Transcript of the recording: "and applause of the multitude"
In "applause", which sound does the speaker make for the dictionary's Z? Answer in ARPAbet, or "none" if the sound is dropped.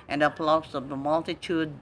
S